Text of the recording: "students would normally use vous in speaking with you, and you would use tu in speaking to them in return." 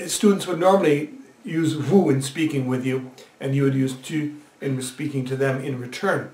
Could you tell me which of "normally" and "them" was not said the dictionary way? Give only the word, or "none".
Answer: none